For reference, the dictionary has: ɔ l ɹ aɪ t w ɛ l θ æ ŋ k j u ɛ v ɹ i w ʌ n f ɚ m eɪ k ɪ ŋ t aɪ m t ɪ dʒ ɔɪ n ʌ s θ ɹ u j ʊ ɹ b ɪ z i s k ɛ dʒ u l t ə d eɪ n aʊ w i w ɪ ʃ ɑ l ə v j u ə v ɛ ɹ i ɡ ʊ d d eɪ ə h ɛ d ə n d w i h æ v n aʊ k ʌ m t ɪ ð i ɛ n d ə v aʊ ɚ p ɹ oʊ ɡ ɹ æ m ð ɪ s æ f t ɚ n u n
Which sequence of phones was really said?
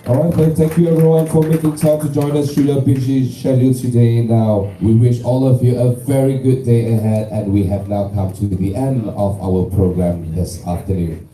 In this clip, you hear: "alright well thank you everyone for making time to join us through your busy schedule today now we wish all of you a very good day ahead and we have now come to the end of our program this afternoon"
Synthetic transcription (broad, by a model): ɔ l ɹ aɪ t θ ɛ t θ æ ŋ k j u ɛ v ɹ i w ʌ n f ɚ m eɪ k ɪ ŋ t aɪ m t ɪ dʒ ɔɪ n ʌ s t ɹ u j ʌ b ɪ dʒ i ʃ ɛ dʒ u t ə d eɪ n aʊ w i w ɪ ʃ ɑ l ə v j u ə v ɛ ɹ i ɡ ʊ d d eɪ ə h ɛ d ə n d w i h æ v n aʊ k ʌ m t ɪ ð i ɛ n d ə v aʊ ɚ p ɹ oʊ ɡ ɹ æ m ð ɪ s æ f t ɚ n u n